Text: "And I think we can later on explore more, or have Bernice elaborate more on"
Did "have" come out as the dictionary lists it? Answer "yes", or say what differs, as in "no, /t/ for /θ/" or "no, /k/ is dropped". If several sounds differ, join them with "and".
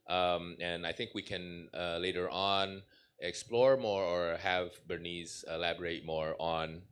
yes